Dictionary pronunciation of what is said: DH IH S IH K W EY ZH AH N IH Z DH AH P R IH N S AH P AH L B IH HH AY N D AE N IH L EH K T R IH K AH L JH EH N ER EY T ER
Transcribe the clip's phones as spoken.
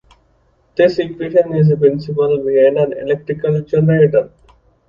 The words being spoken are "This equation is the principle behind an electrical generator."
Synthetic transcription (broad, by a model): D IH S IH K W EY SH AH N IH Z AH P R IH N S AH P AH L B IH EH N D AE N IH L EH K T R IH K AH L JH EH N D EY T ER